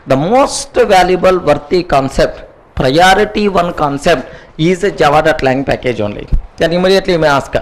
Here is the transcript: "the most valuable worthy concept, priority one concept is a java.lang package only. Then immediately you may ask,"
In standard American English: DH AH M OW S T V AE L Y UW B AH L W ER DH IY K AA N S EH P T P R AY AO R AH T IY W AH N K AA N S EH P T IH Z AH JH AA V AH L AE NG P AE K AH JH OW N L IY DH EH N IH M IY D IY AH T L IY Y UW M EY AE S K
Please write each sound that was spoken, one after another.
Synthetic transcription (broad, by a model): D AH M OW S T V AE L Y UW B AH L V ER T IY K AA N S EH P T P R AY AO R AH T IY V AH N K AA N S EH P T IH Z AH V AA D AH L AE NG P AE K AH JH OW N L IY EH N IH M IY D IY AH T L IY M EY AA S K